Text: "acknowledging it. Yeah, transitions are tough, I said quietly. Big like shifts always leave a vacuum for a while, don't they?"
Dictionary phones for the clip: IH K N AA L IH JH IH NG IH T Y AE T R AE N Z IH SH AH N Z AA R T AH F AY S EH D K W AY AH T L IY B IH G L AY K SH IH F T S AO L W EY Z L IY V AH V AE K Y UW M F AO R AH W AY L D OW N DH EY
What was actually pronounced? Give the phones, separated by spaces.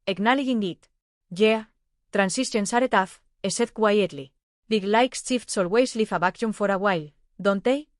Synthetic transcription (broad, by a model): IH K N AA L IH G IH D IH T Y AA T R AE N S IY S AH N S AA R T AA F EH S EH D K W AY AH T L IY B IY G L AY K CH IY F T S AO L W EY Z L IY F AH B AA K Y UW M F AO R AH W AY L D OW N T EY